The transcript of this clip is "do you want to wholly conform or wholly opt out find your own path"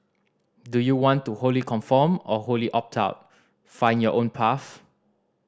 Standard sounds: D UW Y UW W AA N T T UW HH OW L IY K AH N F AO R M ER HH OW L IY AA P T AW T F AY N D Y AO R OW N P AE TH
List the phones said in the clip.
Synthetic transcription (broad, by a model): D UW Y UW W AA N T T UW HH OW L IY K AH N F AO M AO HH OW L IY AA P T AW T F AY N Y AO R OW N P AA F